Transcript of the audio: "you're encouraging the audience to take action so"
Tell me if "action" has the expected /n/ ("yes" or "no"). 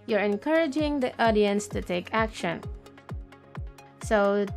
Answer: yes